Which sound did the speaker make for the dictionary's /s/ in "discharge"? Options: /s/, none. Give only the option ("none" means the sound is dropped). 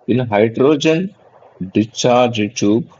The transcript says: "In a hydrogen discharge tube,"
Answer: none